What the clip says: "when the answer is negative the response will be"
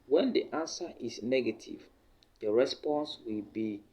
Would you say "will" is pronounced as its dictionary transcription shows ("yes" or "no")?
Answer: yes